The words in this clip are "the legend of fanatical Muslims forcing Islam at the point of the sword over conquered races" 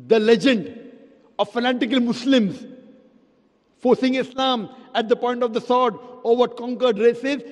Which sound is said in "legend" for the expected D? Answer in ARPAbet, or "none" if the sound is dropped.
D